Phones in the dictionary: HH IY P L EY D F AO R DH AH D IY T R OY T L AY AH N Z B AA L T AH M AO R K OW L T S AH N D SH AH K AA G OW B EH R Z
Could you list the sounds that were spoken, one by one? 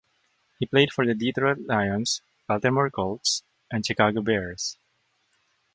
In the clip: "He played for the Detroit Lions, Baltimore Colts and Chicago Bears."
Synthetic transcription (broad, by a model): HH IY P L EY D F AO R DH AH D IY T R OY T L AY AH N S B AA L T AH M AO R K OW L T S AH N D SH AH K AA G OW B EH R S